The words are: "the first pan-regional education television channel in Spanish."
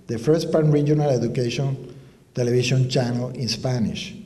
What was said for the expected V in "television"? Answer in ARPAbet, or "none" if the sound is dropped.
B